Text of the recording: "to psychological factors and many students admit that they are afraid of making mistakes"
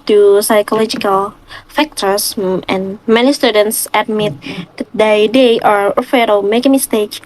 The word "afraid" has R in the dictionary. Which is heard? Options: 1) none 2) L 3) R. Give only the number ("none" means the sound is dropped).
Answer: 1